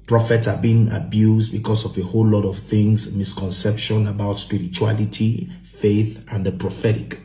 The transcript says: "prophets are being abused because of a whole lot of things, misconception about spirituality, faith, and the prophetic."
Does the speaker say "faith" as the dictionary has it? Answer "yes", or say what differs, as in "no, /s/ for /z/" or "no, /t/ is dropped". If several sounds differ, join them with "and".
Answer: yes